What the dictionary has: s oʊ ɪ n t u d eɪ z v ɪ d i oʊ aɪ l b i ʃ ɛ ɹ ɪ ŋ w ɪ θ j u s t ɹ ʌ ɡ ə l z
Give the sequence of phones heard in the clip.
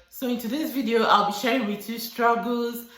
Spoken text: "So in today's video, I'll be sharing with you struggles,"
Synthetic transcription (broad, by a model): s oʊ ɪ n t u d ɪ s v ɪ d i oʊ aɪ l b i ʃ ɛ ɹ ɪ ŋ w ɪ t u s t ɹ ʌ ɡ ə l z